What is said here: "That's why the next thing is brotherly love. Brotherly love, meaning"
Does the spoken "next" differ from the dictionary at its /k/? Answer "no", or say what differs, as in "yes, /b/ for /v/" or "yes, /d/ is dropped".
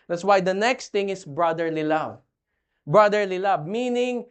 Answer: no